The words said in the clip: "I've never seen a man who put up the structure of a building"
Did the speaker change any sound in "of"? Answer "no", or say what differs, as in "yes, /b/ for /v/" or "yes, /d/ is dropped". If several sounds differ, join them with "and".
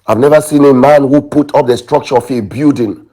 yes, /f/ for /v/